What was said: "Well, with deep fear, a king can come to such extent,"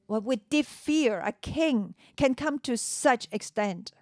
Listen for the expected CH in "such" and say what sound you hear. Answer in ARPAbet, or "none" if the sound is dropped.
CH